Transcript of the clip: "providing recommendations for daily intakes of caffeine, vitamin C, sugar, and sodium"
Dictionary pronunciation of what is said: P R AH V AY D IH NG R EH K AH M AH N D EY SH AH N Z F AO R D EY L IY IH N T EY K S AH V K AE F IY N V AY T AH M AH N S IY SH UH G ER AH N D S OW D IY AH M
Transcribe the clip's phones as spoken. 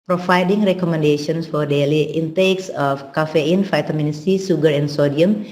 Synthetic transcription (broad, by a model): P R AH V AY D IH NG R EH K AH M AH N D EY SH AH N S F AO R D EY L IY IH N T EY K S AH F K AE F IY N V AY T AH M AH N S IY S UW G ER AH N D S OW D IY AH M